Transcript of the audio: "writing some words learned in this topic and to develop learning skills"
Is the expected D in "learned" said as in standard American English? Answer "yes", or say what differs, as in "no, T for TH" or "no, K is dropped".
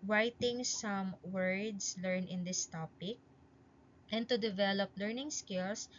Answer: no, D is dropped